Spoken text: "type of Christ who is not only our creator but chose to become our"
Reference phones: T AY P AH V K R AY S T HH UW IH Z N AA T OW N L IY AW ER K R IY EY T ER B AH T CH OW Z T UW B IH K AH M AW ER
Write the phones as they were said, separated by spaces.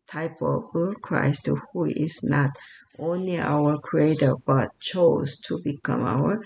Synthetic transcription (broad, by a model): T AY P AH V K R AY S T HH UW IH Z N AA T OW N L IY AW ER K R IY EY T ER B AH T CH OW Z T UW B IH K AH M AW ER